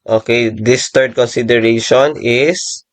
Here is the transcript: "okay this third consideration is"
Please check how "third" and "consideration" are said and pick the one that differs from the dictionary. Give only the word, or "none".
third